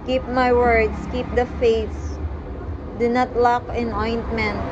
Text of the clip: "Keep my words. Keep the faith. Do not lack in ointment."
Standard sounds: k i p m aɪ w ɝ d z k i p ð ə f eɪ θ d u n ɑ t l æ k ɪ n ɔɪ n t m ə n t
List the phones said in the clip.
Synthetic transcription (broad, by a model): k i p m aɪ w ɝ d s k i p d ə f eɪ s d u n ɑ t l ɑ k ɪ n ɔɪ n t m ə n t